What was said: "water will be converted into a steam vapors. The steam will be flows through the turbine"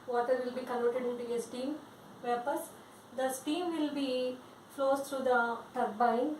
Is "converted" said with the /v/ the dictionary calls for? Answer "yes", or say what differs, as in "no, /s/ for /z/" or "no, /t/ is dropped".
no, /v/ is dropped